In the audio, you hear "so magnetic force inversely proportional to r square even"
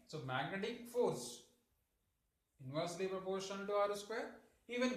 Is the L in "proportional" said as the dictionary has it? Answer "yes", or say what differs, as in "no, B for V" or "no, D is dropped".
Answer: no, N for L